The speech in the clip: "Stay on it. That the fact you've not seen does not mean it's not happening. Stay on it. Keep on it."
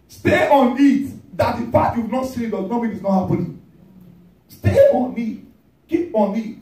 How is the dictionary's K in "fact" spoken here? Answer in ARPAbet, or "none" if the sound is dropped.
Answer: none